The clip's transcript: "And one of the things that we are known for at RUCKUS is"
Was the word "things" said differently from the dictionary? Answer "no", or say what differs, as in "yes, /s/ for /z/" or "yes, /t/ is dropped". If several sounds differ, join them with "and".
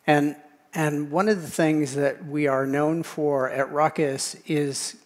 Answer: no